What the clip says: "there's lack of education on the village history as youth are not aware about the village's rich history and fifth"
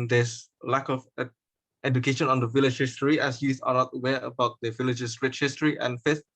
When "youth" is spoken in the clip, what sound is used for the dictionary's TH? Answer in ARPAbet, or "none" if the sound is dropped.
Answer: S